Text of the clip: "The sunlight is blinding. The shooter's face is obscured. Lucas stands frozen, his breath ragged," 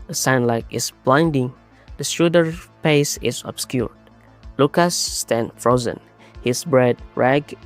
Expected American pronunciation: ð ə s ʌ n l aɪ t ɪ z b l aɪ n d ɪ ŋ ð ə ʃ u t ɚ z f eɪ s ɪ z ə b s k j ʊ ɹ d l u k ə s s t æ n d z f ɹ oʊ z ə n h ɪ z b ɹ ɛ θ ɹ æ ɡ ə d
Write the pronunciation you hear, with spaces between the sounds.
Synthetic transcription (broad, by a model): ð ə s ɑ n l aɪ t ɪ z b l aɪ n d ɪ ŋ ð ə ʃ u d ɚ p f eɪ s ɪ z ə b s k j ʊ ɹ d l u k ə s s t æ n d f ɹ oʊ z ə n h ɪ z b ɹ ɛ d ɹ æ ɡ